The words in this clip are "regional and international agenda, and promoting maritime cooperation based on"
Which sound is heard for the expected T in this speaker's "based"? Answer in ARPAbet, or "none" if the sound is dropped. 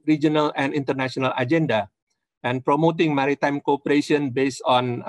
none